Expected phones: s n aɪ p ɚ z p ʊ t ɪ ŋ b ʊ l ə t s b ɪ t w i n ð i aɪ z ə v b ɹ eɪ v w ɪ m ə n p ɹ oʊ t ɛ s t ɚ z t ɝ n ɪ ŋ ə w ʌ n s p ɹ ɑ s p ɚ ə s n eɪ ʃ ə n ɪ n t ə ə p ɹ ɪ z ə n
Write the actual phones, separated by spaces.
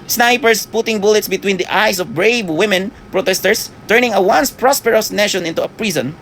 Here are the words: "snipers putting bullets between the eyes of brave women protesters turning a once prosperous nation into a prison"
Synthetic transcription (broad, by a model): s n aɪ p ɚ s p ʊ t ɪ ŋ b ʊ l ə t s b ɪ t w i n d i aɪ s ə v b ɹ eɪ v w ɪ m ə n p ɹ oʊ t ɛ s t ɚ s t ɝ n ɪ ŋ ə w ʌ n s p ɹ ɑ s p ɚ ə s n eɪ ʃ ə n ɪ n t ə ə p ɹ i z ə n